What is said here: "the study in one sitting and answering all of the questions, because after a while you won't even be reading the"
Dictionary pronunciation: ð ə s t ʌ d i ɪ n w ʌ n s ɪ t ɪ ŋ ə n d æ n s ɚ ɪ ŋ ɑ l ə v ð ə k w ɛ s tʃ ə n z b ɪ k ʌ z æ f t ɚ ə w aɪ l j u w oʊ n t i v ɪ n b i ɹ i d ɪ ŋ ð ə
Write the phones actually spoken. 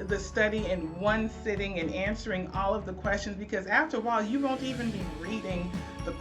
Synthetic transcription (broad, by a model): ð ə s t ʌ d i ɪ n w ʌ n s ɪ t ɪ ŋ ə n æ n s ɚ ɪ ŋ ɑ l ə v ð ə k w ɛ s tʃ ə n z b ɪ k ʌ z æ f t ɚ ə l j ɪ w oʊ n t i v ɪ n b i ɹ i d ɪ ŋ ð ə